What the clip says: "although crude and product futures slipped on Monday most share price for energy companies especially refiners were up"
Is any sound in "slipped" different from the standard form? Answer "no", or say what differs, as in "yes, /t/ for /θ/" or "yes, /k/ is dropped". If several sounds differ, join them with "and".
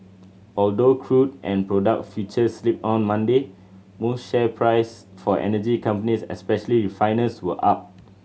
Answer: yes, /t/ is dropped